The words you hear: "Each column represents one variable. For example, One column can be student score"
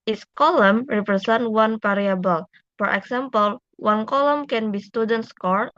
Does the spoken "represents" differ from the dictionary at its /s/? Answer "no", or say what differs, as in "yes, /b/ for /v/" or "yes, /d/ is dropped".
yes, /s/ is dropped